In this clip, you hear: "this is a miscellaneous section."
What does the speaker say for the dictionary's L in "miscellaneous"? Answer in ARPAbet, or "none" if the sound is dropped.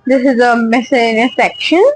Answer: none